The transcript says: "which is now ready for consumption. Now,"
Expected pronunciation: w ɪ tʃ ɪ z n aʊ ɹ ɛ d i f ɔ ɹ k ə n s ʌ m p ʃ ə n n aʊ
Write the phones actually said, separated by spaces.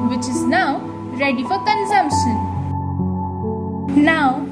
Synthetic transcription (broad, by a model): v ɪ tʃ ɪ z n aʊ ɹ ɛ d i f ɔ l k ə n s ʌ m p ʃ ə n n aʊ